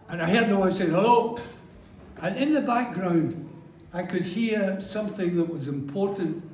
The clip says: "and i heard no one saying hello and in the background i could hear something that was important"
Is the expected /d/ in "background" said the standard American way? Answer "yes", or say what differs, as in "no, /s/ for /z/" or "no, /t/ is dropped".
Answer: yes